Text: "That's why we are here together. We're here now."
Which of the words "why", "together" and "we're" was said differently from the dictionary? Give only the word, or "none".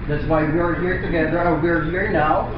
none